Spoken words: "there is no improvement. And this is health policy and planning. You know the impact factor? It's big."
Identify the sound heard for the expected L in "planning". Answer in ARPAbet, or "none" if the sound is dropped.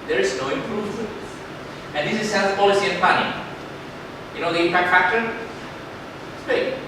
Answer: none